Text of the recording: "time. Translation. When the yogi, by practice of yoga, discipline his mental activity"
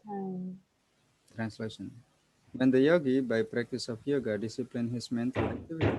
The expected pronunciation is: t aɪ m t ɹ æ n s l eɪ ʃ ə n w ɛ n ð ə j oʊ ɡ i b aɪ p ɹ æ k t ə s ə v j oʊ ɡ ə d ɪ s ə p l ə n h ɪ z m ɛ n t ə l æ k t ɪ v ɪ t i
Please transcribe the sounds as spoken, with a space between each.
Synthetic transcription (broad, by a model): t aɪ t ɹ æ n s l eɪ ʃ ə n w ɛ n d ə j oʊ ɡ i b aɪ p ɹ æ k t ə s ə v j oʊ ɡ ə d ɪ s ə p l ə n h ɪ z m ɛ n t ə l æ k t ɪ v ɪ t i